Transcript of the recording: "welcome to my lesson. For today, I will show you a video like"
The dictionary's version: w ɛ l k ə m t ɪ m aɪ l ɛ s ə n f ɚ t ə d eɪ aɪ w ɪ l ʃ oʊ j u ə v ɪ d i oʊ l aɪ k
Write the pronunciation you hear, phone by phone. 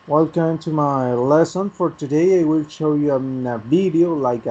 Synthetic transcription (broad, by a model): w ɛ l k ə m t ɪ m aɪ l ɛ s ə n f ɚ t ə d eɪ aɪ w ɪ l ʃ oʊ j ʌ ə v ɪ d i oʊ l aɪ k